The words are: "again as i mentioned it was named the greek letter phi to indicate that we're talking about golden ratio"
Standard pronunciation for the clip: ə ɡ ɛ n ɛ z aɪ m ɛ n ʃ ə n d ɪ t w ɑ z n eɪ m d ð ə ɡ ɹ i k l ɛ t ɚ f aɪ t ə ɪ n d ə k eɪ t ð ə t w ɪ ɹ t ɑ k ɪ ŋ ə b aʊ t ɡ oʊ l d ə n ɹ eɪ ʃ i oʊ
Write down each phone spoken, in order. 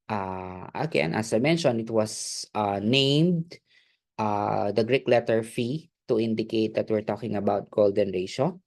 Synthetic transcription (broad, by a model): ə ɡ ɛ n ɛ s aɪ m ɛ n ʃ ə n ɪ t w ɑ s n eɪ m d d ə ɡ ɹ i k l ɛ t ɚ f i t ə ɪ n d ə k eɪ t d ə t w ɪ ɹ t ɑ k ɪ ŋ ə b aʊ t ɡ oʊ l d ə n ɹ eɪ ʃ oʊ